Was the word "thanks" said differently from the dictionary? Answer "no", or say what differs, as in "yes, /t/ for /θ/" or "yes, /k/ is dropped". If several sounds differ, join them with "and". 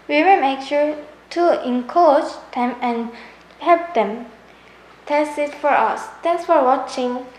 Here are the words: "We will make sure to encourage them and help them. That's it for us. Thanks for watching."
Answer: yes, /t/ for /θ/ and /k/ is dropped